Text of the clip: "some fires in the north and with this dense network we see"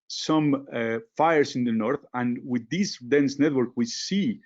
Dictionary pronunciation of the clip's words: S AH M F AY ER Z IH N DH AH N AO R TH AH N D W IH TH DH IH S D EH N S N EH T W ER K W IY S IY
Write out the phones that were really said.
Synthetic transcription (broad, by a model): S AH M F AY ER S IH N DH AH N AO R TH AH N W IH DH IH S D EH N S N EH T W ER K W IY S IY